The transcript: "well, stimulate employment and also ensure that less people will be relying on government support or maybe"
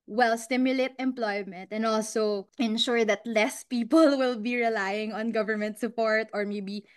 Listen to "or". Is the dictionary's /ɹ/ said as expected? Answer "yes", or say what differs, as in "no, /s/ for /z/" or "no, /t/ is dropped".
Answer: yes